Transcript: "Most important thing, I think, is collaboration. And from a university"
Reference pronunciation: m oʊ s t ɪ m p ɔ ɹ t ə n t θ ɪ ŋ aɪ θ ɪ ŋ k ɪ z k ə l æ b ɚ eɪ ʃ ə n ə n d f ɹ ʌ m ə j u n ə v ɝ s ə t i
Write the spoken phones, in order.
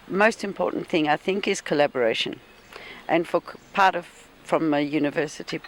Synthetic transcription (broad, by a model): m oʊ s t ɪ m p ɔ ɹ t n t θ ɪ ŋ aɪ θ ɪ ŋ k ɪ z k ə l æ b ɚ eɪ ʃ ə n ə n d f ɹ ʌ m ə j u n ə v ɝ s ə t i